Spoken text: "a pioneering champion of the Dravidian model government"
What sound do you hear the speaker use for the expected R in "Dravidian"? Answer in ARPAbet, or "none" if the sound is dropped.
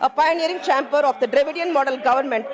R